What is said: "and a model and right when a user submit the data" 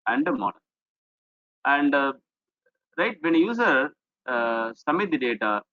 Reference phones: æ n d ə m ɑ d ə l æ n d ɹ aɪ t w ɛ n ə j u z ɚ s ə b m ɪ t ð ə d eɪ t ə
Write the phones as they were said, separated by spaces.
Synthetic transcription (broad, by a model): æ n d ə m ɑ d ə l æ n d ɹ aɪ t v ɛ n ə j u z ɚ s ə m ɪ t d eɪ t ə